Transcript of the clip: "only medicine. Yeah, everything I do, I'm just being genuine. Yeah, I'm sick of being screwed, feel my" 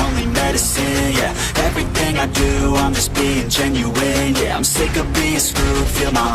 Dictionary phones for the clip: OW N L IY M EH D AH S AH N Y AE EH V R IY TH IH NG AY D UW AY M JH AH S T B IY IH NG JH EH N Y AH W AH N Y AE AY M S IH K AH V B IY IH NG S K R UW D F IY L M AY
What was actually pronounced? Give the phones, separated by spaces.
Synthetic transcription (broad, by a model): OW N L IY M EH D AH S AH N Y AE EH V R IY TH IH NG AY D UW AY M JH AH S B IY IH NG JH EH N Y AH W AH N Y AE AY M S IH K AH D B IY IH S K UW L F IY L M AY